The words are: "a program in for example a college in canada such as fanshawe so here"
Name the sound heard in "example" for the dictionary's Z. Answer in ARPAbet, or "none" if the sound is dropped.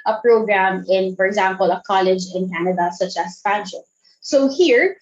Z